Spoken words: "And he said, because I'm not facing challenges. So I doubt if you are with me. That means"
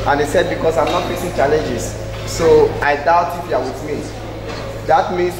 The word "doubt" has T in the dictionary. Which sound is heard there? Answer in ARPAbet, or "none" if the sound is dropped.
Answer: T